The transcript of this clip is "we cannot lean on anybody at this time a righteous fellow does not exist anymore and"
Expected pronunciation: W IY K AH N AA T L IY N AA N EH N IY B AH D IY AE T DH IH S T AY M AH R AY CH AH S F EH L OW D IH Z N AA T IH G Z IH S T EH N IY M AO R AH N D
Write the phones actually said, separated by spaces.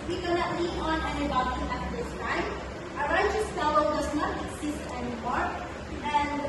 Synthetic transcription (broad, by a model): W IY K AH N AA T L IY AA N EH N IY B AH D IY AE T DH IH S T AY M AH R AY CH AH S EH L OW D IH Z N AA T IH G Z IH S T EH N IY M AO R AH N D